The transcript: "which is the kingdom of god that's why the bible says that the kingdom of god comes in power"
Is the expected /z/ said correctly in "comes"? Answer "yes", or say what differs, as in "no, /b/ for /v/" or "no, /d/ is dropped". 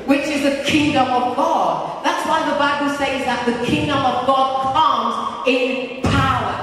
yes